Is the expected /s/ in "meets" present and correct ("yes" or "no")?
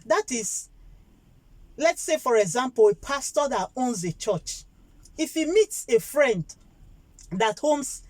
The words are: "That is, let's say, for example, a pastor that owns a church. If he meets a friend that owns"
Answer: yes